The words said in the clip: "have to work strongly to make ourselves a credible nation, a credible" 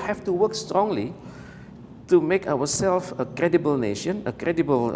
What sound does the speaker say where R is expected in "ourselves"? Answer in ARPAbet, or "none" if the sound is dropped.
W